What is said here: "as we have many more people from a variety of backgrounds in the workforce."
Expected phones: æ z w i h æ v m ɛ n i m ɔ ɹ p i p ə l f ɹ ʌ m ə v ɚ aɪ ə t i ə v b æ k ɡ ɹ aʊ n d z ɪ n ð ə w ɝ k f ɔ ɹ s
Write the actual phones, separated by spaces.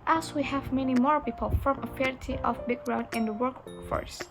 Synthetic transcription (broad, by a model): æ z w i h æ v m ɛ n i m ɔ ɹ p i p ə l f ɹ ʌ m ə f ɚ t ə t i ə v b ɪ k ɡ ɹ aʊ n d ɪ n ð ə w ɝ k f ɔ ɹ s